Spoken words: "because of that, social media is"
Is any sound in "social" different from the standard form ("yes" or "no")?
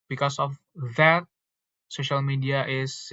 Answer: no